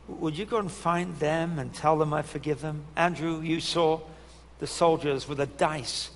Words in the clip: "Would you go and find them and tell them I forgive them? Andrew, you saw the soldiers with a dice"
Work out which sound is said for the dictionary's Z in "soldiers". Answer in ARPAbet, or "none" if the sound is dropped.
Z